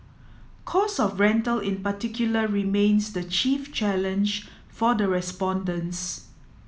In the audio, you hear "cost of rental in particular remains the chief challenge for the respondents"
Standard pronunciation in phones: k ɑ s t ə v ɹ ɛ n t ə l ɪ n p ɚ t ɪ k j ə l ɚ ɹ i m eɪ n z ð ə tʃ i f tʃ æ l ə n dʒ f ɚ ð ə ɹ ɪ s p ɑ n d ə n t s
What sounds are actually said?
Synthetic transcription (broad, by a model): k ɑ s ə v ɹ ɛ n t ə l ɪ n p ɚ t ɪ k j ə l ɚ ɹ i m eɪ n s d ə tʃ i f tʃ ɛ l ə n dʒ f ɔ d ə ɹ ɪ s p ɑ n d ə n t s